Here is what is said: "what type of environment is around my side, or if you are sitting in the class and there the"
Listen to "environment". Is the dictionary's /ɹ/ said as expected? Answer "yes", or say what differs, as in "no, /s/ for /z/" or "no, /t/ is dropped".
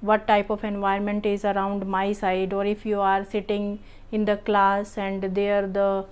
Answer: no, /ɹ/ is dropped